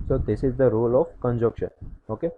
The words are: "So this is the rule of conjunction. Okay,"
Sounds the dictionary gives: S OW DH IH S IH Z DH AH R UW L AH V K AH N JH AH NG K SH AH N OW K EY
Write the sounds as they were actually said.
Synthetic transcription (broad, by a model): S OW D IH S IH Z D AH R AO L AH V K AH N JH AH K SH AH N OW K EY